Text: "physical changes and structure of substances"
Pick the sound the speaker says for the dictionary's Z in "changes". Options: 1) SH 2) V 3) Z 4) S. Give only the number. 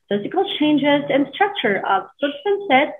3